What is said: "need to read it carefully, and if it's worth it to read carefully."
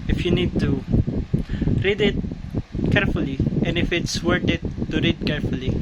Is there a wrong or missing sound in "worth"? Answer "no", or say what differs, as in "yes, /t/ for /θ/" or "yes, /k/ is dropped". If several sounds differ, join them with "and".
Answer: yes, /t/ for /θ/